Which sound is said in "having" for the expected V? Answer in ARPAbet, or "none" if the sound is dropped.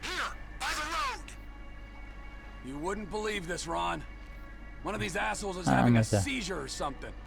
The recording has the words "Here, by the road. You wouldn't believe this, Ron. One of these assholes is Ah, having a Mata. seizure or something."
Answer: none